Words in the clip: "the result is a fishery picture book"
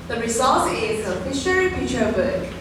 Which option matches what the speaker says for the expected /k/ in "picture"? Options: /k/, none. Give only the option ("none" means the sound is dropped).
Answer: none